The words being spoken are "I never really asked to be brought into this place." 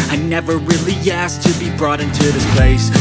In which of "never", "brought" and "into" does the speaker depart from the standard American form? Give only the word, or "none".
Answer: none